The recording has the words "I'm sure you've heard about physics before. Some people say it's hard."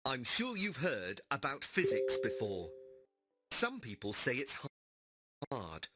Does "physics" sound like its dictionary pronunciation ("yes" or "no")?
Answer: yes